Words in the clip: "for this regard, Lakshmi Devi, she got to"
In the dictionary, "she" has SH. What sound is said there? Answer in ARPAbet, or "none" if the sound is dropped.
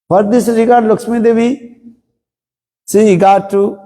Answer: S